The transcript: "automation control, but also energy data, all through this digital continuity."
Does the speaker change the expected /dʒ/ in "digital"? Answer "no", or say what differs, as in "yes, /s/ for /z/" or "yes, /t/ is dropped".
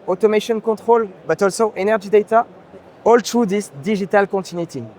yes, /ʒ/ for /dʒ/